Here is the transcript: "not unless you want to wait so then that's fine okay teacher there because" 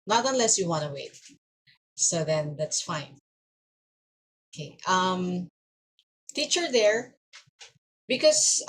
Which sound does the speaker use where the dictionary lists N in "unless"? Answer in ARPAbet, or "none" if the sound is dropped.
N